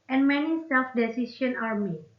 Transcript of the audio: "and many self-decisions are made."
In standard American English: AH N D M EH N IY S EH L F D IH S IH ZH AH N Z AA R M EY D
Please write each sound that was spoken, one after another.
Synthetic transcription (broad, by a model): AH N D M EH N IY S EH L F D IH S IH S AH N AA R M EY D